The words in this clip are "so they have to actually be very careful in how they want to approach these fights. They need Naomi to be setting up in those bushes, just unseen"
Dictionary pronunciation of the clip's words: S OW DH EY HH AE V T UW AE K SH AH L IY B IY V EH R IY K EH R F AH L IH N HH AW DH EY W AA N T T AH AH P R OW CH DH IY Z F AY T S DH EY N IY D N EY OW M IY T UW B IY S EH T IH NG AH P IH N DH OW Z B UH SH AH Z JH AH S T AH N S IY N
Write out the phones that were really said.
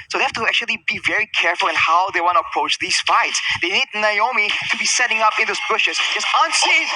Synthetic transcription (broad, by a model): S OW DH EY HH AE F T UW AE K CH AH L IY B IY V EH R IY K EH R F AH L IH N HH AW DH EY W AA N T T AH AH P R OW CH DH IY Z F AY T S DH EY N IY D N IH OW M IY T UW B IY S EH T IH NG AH P IH N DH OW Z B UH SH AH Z JH AH S T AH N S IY